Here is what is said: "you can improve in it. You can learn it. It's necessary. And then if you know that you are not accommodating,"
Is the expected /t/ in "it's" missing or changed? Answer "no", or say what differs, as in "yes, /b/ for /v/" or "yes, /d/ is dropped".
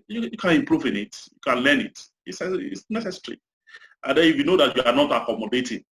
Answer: yes, /s/ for /t/